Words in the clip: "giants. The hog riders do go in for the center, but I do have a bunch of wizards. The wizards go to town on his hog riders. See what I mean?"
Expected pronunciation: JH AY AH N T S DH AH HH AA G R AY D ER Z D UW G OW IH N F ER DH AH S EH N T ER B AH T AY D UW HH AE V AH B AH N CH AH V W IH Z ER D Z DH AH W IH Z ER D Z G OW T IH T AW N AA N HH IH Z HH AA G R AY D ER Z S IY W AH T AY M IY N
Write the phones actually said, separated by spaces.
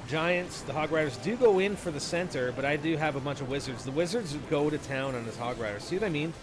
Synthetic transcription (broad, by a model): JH AY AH N T S DH AH HH AA G R AY D ER Z D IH G OW IH N F ER DH AH S EH N T ER B AH T AY D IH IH V AH B AH N CH AH V W IH Z ER D Z DH AH W IH Z ER D Z G OW T IH T AW N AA N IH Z HH AA G R AY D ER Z S IY W AH T AY M IY N